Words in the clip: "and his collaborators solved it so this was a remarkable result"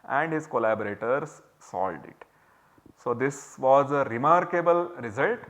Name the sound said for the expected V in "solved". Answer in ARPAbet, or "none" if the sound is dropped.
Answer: none